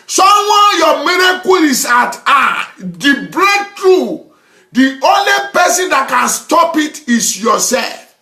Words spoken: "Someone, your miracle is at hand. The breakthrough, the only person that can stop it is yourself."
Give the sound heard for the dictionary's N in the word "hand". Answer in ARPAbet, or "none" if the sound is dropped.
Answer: none